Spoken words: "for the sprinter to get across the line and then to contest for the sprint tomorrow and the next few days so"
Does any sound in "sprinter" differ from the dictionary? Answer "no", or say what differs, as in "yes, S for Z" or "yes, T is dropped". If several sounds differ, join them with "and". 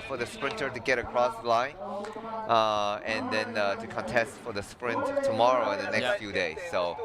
no